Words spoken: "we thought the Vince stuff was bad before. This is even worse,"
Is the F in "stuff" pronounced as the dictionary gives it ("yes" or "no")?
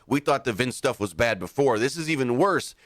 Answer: yes